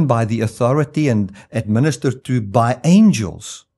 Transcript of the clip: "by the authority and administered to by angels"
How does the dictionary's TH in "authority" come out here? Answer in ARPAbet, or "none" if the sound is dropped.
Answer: TH